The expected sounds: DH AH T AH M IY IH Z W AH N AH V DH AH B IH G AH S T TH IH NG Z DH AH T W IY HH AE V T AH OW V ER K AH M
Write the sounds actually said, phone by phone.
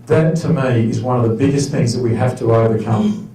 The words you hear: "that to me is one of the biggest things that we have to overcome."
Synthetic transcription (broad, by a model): DH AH T AH M IY IH Z W AH N AH V DH AH B IH G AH S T TH IH NG Z DH AH T W IY HH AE F T AH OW V ER K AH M